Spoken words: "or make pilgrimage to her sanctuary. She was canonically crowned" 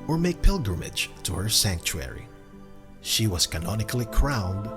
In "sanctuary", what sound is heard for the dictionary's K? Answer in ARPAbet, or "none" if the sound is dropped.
K